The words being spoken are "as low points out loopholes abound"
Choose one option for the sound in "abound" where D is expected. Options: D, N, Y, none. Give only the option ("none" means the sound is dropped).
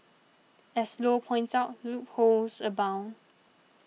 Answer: none